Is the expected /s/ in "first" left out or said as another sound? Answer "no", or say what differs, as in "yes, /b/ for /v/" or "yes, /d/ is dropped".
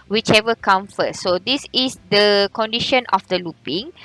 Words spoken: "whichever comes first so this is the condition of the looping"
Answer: yes, /s/ is dropped